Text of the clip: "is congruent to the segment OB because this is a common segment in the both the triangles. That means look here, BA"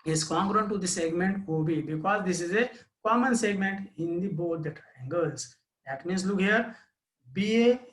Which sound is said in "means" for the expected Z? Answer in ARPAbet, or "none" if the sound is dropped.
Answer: S